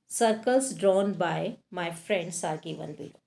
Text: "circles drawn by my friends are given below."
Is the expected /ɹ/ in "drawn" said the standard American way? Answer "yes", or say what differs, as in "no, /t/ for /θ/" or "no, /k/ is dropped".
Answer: yes